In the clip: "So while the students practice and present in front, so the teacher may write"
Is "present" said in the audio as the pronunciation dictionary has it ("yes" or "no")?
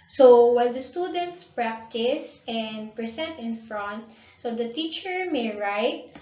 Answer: no